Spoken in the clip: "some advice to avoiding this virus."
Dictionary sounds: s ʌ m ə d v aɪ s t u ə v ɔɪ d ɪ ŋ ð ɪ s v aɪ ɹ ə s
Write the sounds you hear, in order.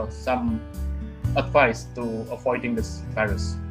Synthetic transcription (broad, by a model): s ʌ m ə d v aɪ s t u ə p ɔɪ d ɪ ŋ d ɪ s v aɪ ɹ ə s